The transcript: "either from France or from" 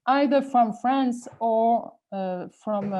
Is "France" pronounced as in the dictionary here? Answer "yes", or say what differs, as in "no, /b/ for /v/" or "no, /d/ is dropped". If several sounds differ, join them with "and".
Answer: yes